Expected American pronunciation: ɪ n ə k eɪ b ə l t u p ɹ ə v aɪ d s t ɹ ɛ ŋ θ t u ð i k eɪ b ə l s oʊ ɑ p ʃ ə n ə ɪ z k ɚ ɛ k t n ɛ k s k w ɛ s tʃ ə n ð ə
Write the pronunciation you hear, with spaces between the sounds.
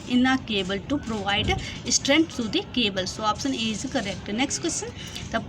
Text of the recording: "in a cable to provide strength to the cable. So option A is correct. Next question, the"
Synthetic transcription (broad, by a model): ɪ n ə k eɪ b ə l t u p ɹ ə v aɪ d s t ɹ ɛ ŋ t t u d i k eɪ b ə l s oʊ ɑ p s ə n ə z k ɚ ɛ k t n ɛ k s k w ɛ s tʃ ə n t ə